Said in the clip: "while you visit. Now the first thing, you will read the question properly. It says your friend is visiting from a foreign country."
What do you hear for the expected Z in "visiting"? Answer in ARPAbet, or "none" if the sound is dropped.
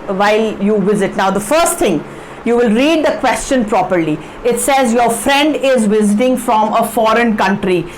Z